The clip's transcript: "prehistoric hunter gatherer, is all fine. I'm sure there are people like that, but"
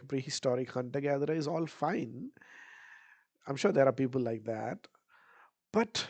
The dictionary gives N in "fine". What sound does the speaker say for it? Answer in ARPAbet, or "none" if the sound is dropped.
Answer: N